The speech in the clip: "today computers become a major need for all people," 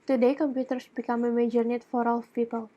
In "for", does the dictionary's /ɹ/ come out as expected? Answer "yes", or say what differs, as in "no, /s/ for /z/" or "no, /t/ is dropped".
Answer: yes